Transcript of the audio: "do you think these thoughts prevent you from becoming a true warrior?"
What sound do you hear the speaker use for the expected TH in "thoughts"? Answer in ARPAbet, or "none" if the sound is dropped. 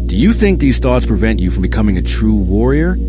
TH